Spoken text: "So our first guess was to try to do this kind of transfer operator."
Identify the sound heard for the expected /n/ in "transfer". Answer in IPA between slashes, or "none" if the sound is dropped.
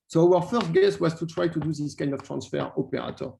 /n/